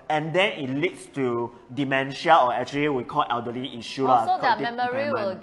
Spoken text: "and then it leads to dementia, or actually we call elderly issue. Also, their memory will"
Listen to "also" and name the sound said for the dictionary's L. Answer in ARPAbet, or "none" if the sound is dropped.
none